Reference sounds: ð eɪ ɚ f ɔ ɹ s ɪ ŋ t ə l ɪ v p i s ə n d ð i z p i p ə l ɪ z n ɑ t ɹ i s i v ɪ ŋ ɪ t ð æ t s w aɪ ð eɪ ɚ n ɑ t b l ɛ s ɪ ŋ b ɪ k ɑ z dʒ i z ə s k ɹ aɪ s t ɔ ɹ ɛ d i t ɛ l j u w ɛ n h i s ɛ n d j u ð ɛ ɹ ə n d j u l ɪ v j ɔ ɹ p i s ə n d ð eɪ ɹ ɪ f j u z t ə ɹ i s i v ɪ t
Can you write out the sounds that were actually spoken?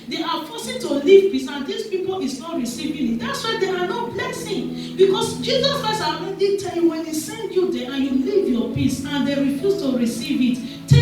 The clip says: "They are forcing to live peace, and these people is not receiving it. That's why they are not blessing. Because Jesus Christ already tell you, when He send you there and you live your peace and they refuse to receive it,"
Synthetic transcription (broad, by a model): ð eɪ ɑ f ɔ s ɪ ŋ t ə l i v p i s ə n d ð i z p i p ə l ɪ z n ɑ t ɹ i s i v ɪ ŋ ɪ t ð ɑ t s w aɪ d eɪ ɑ n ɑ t b l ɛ s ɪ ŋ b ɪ k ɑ s dʒ i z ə s k ɹ aɪ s ɑ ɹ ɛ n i t ɛ l j u w ɛ n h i s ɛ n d j u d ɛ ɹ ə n j u l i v j ɔ p i s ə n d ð eɪ ɹ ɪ f j u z t ə ɹ i s i v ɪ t